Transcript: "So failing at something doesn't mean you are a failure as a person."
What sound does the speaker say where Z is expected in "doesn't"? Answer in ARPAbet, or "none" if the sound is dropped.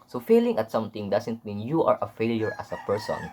S